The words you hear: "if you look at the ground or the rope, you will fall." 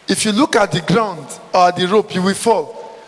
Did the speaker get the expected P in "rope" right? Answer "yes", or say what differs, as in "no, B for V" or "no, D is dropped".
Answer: yes